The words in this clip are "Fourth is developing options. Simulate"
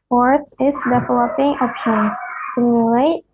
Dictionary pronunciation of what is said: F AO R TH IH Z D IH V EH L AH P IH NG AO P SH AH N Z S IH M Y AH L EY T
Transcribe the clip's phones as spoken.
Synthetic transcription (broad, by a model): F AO R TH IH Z D IH V EH L AH P IH NG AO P AH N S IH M Y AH L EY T